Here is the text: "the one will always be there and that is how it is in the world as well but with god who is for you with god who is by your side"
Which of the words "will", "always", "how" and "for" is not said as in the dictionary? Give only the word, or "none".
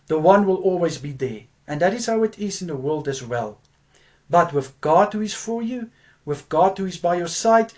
none